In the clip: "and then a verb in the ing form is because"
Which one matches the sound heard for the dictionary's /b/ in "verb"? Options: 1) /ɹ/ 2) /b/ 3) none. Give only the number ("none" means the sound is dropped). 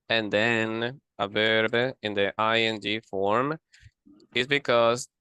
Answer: 2